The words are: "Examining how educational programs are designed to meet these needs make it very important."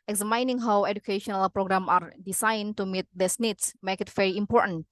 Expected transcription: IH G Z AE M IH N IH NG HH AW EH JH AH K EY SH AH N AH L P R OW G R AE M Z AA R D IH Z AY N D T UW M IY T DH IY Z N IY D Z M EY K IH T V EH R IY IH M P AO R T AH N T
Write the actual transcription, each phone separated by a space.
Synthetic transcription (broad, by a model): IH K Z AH M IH N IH NG HH AW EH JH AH K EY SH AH N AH L P R OW G R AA M AA R D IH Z AY N T UW M IY T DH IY S N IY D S M EY K IH T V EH R IY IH M P AO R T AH N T